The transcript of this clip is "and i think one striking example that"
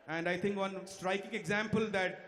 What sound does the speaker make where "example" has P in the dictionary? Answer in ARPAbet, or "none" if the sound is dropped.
P